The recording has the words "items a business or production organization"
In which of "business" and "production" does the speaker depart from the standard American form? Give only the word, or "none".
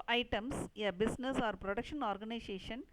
business